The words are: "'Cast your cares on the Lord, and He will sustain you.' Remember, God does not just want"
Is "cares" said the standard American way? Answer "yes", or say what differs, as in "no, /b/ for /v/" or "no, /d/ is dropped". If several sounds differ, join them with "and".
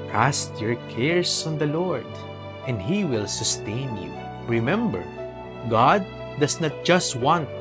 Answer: no, /s/ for /z/